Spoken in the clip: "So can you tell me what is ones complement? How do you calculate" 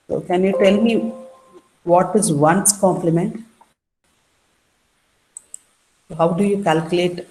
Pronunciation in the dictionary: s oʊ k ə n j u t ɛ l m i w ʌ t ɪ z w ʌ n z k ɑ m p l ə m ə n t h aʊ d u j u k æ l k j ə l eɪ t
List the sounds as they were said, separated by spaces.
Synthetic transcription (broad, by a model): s oʊ k ə n j u t ɛ l m i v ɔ t ɪ z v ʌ n s k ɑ m p l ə m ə n t h aʊ d u j u k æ l k j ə l eɪ t